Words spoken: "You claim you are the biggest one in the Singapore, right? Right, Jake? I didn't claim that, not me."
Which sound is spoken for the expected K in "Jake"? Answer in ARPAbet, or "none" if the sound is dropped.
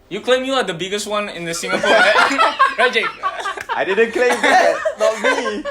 none